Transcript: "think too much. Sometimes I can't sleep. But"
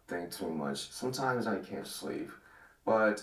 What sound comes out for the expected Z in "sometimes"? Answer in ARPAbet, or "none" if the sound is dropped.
Z